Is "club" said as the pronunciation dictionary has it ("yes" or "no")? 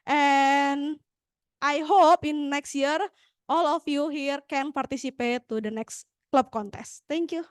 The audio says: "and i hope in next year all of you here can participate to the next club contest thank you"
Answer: yes